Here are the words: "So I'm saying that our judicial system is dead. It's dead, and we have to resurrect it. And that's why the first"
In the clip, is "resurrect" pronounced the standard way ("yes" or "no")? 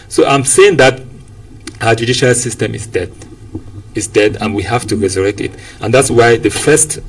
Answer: yes